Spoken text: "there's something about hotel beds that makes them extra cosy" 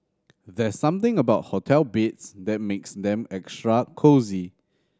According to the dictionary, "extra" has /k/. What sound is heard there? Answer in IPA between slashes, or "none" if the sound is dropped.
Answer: /k/